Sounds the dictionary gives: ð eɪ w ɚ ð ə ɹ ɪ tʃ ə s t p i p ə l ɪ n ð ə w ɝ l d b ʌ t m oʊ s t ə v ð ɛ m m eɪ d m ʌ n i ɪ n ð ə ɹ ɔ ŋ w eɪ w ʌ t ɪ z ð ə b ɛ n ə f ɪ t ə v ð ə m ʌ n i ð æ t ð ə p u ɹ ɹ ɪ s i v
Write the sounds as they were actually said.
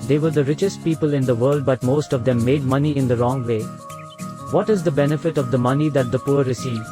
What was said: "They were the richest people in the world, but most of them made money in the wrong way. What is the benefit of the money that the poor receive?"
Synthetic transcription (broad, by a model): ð eɪ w ɚ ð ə ɹ ɪ tʃ ə s t p i p ə l ɪ n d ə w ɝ l d b ʌ t m oʊ s t ə v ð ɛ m m eɪ d m ʌ n i ɪ n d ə ɹ ɔ ŋ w eɪ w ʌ t ɪ z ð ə b ɛ n ə f ɪ t ə v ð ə m ʌ n i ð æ t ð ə p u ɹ ɹ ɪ s i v